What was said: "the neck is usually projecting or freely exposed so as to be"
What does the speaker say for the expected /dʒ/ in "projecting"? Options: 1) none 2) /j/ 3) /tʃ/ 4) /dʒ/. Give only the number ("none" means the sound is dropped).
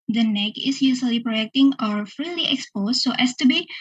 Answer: 1